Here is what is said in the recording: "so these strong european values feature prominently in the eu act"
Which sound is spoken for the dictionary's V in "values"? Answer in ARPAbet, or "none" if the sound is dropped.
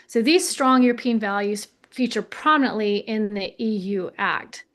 V